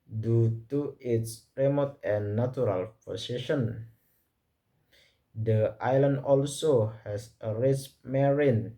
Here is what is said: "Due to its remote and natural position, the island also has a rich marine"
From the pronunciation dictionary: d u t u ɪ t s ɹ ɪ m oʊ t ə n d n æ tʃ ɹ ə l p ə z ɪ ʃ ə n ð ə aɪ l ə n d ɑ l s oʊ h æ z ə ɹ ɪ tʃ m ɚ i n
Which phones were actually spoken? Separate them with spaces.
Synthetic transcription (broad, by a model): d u t u ɪ t s ɹ ɪ m oʊ t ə n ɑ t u ɹ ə l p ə s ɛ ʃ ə n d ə aɪ l ə n d ɑ l s oʊ h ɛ s ə ɹ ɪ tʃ m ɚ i n